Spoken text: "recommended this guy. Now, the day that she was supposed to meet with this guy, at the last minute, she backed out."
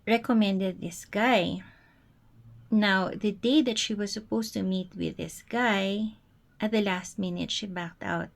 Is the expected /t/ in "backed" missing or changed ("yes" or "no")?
no